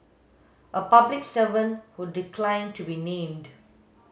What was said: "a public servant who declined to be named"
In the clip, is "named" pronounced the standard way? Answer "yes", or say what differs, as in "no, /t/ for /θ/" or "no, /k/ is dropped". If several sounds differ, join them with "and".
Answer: yes